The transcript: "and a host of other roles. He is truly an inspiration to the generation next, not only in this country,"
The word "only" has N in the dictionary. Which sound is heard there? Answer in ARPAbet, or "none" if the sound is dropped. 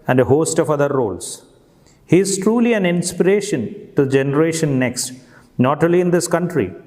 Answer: none